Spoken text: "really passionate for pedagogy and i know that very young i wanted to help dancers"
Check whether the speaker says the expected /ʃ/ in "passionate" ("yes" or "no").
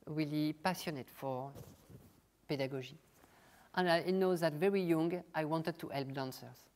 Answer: no